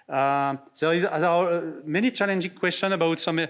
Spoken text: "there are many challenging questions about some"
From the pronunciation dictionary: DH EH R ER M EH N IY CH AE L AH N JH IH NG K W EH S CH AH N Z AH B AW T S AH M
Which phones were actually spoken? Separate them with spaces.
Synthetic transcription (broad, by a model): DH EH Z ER M EH N IY CH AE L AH N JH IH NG K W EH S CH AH N AH B AW T S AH M